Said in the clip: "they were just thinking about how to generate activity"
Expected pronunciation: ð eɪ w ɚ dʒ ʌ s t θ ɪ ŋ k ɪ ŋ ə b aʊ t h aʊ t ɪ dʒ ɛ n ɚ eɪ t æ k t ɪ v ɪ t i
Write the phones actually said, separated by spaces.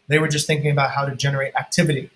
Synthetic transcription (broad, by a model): ð eɪ w ɚ dʒ ʌ s t θ ɪ ŋ k ɪ ŋ ə b aʊ t h aʊ t ɪ dʒ ɛ n ɚ eɪ t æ k t ɪ v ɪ t i